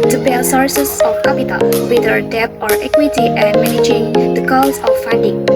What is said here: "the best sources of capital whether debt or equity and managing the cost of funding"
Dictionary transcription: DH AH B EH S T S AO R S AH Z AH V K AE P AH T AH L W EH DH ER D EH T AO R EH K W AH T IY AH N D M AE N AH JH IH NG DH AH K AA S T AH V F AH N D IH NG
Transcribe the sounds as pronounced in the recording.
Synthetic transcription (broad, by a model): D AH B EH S S AO R S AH S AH F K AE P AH T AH L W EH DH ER D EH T AO R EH K W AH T IY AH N M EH N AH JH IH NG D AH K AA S AH F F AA N D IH NG